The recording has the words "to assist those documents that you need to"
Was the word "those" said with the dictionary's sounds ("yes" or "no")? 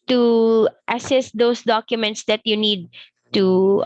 no